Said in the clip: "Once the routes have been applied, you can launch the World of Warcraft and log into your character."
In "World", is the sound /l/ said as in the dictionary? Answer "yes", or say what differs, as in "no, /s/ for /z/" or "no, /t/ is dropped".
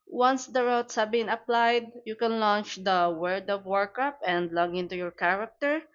no, /l/ is dropped